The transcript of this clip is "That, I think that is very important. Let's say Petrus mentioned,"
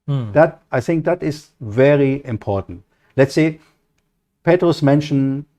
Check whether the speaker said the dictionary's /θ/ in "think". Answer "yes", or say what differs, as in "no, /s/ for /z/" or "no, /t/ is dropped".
yes